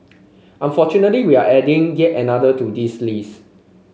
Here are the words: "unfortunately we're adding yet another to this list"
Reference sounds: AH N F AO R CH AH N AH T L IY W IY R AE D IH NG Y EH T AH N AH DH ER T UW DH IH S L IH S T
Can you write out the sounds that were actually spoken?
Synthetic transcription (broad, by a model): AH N F AO CH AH N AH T L IY W IY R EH D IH NG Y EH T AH N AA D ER T UW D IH S L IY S